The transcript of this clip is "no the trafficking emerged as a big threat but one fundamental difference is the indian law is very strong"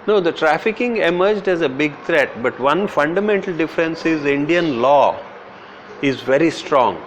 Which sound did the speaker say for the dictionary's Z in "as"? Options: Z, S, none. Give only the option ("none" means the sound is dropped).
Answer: Z